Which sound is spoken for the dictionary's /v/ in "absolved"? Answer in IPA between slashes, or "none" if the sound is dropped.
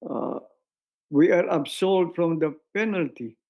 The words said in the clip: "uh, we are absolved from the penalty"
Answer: none